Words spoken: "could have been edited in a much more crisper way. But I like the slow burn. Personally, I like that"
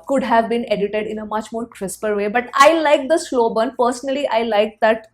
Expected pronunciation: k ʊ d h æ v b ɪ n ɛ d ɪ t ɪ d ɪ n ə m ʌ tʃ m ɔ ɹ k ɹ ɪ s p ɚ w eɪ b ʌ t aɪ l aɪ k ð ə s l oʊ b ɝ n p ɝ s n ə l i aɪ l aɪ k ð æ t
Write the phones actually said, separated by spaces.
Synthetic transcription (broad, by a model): k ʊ d h æ v b ɪ n ɛ d ɪ t ɪ d ɪ n ə m ʌ tʃ m ɔ ɹ k ɹ ɪ s p ɚ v eɪ b ʌ t aɪ l aɪ k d ə s l oʊ b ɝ n p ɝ s n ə l i aɪ l aɪ k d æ t